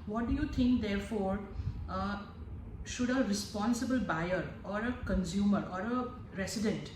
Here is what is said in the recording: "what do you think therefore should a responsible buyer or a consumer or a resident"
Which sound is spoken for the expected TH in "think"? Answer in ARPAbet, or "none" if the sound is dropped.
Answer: T